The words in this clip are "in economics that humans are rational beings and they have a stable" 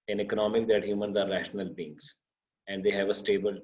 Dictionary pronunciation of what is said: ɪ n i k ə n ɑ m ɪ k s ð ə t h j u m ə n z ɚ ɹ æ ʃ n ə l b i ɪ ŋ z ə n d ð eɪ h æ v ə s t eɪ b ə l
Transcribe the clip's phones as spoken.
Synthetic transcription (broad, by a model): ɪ n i k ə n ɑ m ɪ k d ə t h j u m ə n z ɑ ɹ æ ʃ n ə l b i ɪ ŋ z ə n d eɪ h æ v ə s t eɪ b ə l